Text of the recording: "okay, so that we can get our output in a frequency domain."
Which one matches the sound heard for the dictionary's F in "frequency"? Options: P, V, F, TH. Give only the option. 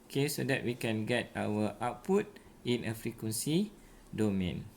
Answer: F